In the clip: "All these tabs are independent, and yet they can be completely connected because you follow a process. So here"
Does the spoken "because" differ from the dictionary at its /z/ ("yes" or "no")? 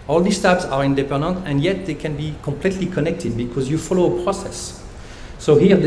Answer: no